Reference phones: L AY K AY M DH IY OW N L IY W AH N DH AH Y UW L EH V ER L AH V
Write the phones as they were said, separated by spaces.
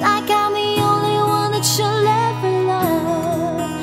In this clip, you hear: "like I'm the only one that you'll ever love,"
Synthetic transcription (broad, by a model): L AY K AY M DH IY OW N L IY W AH N DH AH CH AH L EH B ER L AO